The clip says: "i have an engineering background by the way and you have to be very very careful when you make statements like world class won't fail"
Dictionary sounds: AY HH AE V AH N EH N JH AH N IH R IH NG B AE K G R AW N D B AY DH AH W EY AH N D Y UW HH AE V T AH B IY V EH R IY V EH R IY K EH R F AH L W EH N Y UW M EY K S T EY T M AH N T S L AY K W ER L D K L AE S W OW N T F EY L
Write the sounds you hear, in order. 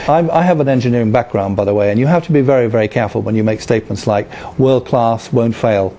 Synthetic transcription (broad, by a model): AY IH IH V AH N EH N JH AH N IH R IH NG B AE K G R AW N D B AY DH AH W EY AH N Y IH HH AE F T AH B IY V EH R IY V EH R IY K EH R F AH L W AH N Y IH M EY K S T EY T M AH N T S L AY K W ER L D K L AE S W OW N T F EY L